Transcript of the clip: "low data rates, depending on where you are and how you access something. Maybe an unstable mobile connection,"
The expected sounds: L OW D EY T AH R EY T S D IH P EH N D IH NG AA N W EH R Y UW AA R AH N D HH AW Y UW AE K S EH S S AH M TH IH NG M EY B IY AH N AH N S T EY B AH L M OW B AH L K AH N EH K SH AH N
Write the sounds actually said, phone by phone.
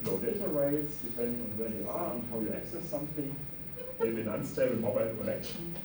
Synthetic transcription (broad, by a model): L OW D EY T AH R EY T S D IH P EH N D IH NG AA N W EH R Y UW AA R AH N HH AW Y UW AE K S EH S S AH M TH IH NG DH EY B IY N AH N S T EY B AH N M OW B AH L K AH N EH K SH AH N